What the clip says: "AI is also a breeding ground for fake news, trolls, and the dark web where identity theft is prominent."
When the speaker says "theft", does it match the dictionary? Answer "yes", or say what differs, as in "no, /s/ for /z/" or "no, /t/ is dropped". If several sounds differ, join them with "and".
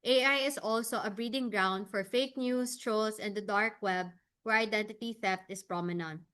yes